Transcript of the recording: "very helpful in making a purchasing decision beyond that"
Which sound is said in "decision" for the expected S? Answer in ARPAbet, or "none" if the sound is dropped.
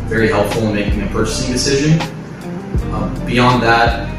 S